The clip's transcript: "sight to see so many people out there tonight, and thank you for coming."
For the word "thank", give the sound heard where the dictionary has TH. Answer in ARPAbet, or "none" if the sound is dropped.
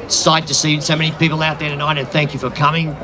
TH